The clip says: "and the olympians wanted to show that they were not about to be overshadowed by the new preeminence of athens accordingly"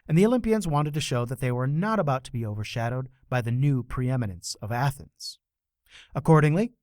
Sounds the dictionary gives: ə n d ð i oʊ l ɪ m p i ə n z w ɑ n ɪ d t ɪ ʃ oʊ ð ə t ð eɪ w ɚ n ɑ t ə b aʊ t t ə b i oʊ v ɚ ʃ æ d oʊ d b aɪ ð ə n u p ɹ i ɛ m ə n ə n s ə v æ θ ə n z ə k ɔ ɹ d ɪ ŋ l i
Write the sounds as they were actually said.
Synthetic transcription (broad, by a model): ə n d ð i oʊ l ɪ m p i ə n z w ɑ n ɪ d t ɪ ʃ oʊ ð ə t ð eɪ w ɚ n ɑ t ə b aʊ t t ə b i oʊ v ɚ ʃ æ d oʊ d b aɪ ð ə n u p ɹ i ɛ m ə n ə n s ə v æ θ ə n z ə k ɔ ɹ d ɪ ŋ l i